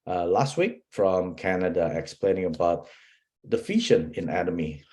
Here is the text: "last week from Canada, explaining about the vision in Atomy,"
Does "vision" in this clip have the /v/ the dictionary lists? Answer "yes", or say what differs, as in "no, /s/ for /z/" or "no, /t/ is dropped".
no, /f/ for /v/